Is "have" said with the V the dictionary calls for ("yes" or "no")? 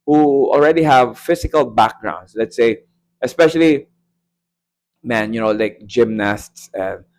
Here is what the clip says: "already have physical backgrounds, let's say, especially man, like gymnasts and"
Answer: yes